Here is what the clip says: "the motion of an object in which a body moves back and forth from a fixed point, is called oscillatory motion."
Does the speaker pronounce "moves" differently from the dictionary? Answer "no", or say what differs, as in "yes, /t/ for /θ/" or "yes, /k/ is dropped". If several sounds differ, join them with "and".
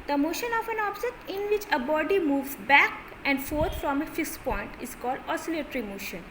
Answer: yes, /z/ is dropped